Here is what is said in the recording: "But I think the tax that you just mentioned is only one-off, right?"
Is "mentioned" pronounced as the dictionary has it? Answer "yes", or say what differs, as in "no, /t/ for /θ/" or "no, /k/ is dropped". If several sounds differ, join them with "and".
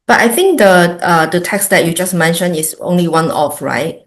no, /d/ is dropped